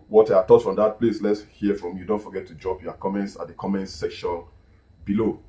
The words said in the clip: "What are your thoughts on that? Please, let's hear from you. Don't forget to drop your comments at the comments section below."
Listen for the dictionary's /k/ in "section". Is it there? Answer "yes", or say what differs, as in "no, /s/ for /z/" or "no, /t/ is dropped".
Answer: yes